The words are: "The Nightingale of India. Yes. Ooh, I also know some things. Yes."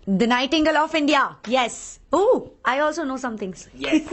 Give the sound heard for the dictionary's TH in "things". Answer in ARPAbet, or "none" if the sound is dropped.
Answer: T